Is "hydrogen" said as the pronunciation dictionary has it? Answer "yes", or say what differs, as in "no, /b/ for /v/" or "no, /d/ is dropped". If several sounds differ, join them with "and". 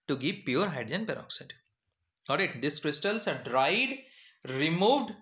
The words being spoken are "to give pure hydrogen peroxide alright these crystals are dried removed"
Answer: no, /ɹ/ is dropped and /dʒ/ is dropped